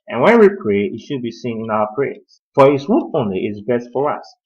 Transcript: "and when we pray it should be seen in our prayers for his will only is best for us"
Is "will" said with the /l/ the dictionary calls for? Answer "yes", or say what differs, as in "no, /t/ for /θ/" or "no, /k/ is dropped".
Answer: no, /n/ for /l/